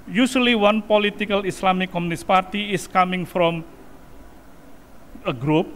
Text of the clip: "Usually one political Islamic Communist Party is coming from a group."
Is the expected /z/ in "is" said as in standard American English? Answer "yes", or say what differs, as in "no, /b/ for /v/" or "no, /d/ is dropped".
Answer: no, /s/ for /z/